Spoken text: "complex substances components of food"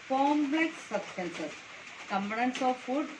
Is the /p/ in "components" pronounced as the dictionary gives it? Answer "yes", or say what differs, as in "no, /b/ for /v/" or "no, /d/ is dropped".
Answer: no, /b/ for /p/